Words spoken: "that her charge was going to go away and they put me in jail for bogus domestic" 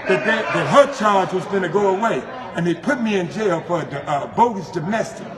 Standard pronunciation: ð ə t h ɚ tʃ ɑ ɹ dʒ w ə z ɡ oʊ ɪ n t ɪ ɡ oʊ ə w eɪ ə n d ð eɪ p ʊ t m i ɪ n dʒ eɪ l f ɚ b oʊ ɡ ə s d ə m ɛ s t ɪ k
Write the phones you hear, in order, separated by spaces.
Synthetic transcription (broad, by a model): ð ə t h ɚ tʃ ɑ ɹ dʒ w ə z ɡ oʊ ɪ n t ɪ ɡ oʊ ə w eɪ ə n ð eɪ p ʊ t m i ɪ n dʒ eɪ l f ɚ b oʊ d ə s d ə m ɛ s t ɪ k